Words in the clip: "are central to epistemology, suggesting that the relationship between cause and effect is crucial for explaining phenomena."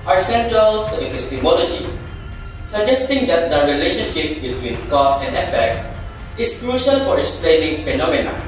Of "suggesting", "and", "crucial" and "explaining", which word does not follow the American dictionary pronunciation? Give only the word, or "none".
explaining